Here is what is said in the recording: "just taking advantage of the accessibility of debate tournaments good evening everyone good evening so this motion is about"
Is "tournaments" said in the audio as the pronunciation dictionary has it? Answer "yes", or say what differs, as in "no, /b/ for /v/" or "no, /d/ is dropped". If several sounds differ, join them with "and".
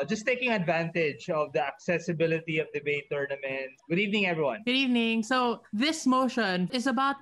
no, /s/ is dropped